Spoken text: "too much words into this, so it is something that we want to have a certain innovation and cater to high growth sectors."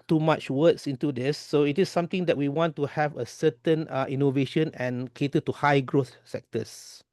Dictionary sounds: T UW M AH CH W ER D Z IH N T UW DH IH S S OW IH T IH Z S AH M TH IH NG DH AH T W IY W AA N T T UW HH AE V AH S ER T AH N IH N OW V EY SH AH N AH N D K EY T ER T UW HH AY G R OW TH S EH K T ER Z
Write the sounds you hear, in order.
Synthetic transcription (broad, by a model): T UW M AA CH W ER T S IH N T UW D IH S S OW IH T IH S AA M T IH NG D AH T W IY W AA N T T UW HH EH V AH S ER T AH N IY N OW V EY SH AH N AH N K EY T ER T UW HH AY G R OW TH S EH K T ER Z